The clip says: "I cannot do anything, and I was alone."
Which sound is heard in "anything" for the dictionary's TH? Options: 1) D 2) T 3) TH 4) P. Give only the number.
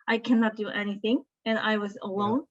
3